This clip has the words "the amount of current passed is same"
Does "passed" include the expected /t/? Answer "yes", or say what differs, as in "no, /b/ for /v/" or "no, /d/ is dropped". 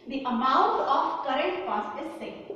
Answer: no, /t/ is dropped